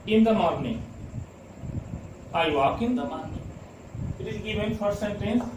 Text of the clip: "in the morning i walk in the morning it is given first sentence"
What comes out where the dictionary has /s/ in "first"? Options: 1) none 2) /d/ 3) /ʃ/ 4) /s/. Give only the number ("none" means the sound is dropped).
1